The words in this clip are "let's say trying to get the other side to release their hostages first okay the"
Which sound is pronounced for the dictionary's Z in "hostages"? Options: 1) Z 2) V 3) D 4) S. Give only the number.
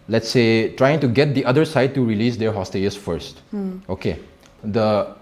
4